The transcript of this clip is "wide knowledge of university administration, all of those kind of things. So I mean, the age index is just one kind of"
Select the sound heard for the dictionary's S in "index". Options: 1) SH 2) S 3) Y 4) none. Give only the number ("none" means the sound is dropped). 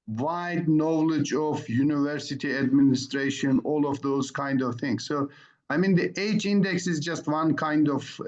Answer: 2